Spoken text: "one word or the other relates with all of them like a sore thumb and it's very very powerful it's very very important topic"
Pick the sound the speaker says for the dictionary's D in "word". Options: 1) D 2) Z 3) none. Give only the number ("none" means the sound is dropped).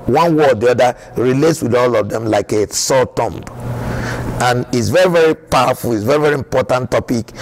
3